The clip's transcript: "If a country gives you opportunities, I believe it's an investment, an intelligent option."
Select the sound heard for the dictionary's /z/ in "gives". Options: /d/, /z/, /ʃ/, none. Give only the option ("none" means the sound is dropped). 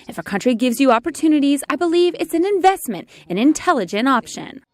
/z/